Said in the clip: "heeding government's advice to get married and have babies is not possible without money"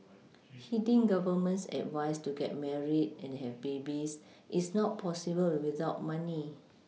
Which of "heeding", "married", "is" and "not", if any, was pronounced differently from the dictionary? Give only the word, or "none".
is